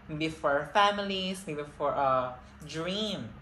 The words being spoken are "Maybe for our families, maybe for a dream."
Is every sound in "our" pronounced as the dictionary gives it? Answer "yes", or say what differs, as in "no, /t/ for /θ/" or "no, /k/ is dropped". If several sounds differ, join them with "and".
yes